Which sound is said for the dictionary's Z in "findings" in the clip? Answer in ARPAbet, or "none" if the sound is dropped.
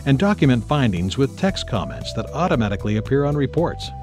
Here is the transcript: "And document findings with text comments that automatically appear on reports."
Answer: Z